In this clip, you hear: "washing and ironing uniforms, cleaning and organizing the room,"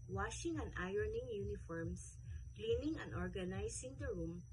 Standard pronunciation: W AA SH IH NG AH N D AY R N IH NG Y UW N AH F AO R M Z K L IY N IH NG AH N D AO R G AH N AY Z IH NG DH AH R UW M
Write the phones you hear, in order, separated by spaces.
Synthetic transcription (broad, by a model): W AA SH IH NG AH N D AY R N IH NG Y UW N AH F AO R M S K L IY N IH NG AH N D AO R G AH N AY S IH NG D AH R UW M